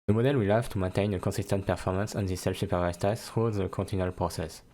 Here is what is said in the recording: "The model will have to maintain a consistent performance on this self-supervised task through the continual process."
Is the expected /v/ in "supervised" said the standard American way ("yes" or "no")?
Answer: no